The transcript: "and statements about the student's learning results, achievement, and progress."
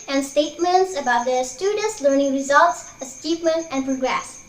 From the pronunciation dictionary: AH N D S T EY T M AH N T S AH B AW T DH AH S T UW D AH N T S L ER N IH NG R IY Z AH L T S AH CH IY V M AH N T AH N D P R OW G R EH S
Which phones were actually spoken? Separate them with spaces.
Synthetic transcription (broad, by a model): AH N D S T EY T M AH N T S AH B AW T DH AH S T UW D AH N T S L ER N IH NG R IY Z AH L T S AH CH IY P M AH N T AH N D P R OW G R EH S